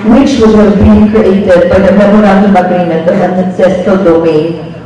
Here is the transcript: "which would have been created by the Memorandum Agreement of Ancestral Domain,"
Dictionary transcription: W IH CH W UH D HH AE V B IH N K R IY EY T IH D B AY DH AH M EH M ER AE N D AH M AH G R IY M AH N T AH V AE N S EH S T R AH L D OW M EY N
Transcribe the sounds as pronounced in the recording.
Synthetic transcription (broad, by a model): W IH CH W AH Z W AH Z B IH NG K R IY EY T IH D B AY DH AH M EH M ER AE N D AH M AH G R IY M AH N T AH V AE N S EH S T AH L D OW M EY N